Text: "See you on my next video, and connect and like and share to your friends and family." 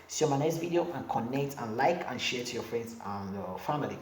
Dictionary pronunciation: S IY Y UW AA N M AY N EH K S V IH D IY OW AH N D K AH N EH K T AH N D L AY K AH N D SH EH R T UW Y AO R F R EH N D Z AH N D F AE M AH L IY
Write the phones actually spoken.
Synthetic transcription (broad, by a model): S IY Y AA M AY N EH S V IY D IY OW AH N K AH N EH K T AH N L AY K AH N SH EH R T UW Y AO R F R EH N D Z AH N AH F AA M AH L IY